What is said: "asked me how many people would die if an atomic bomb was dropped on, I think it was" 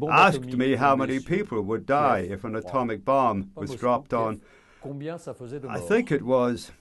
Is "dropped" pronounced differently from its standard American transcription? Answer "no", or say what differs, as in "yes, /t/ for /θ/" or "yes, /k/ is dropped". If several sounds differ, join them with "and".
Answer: no